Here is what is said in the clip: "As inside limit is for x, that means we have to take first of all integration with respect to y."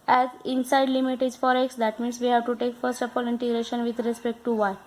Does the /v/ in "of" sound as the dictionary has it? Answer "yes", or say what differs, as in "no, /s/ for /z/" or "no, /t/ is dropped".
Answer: no, /p/ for /v/